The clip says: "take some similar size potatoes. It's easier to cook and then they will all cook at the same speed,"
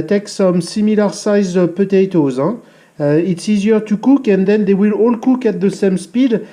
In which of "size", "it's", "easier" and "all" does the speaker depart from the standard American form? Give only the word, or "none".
none